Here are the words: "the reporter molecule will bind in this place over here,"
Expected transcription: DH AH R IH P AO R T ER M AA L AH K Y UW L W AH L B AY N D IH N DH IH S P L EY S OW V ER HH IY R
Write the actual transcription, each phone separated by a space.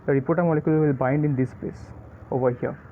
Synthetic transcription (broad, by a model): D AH R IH P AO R T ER M AA L AH K Y UW L W AH L B AY N D IH N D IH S P L EY S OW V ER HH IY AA